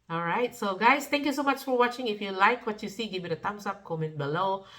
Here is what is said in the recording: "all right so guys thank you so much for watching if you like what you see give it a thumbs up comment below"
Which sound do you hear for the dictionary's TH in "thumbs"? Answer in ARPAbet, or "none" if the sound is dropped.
T